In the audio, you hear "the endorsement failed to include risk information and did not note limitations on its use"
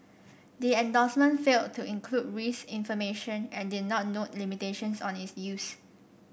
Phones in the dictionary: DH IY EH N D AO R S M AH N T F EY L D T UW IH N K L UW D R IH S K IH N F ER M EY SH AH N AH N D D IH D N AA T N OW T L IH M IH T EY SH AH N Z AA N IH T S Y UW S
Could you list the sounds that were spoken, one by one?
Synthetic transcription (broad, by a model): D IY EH N D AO S M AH N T F EY L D T UW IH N K L UW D R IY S IH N F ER M EY SH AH N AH N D D IH D N AA T N OW T L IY M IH T EY SH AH N S AA N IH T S Y UW S